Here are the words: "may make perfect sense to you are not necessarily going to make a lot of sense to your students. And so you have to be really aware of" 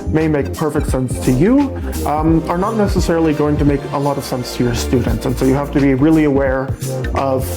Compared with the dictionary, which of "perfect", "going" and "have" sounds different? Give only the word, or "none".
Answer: have